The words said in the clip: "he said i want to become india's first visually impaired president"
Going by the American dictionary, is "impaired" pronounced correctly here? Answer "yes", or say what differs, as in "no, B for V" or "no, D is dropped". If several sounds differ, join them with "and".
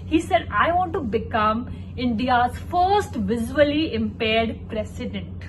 yes